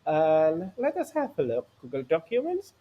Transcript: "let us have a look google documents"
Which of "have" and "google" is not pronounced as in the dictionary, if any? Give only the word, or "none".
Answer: have